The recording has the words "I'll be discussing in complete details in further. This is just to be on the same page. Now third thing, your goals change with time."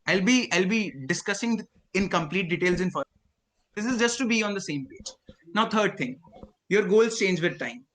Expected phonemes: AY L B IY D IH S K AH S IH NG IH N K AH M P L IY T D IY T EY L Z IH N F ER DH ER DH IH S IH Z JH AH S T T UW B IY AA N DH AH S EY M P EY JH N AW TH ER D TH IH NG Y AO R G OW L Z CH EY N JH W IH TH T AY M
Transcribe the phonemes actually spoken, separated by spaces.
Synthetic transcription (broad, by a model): AY L B IY D IH S K AH S IH NG IH N K AH M P L IY T D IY T EY L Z IH N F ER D IH S IH Z JH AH S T T UW B IY AA N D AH S EY M P EY JH N AW T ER D T IH NG Y AO R G OW L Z CH EY N JH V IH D T AY M